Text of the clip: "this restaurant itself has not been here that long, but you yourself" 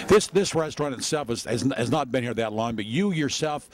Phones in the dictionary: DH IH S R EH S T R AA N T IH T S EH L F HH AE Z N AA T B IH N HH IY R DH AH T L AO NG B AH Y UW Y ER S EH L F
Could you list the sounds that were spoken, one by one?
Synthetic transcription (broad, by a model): DH IH S R EH S T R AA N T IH T S EH L F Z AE Z N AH T B IH N HH IY R DH AH T L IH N B AH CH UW Y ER S EH L F